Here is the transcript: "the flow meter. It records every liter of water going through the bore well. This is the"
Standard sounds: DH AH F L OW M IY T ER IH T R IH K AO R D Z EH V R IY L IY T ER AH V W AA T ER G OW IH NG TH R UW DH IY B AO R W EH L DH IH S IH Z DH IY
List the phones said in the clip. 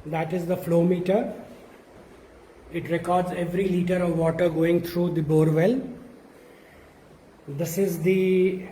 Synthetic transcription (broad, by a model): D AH F L OW M IY T ER IH T R IH K AO R D Z EH V R IY L IY T ER AH V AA T ER G OW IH NG T R UW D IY B AO R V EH L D IH S IH Z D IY